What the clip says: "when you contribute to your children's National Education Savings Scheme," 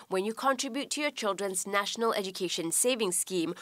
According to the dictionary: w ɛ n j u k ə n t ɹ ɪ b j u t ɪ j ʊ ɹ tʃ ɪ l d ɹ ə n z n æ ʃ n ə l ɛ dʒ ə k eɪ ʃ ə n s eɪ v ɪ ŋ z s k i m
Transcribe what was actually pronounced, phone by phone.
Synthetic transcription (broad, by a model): w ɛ n j u k ə n t ɹ ɪ b j u t ɪ j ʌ ɹ tʃ ɪ l d ɹ ə n z n æ ʃ n ə l ɛ dʒ ə k eɪ ʃ ə n s eɪ v ɪ ŋ s k i m